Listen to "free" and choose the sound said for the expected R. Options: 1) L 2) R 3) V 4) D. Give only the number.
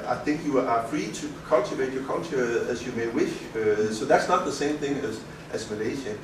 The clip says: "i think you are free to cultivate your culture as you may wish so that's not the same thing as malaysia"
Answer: 2